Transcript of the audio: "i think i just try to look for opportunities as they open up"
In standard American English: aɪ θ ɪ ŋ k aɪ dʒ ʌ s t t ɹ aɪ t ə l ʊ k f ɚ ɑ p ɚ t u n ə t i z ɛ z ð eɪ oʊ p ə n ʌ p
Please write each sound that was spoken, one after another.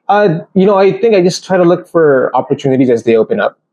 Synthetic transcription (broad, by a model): aɪ θ ɪ ŋ k aɪ dʒ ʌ s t t ɹ aɪ t ə l ʊ k f ɚ ɑ p ɚ t u n ə t i z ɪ z ð eɪ oʊ p ə n ʌ p